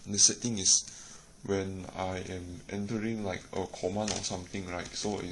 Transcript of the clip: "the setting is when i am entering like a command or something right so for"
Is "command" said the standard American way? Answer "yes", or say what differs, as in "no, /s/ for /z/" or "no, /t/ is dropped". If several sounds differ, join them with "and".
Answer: no, /d/ is dropped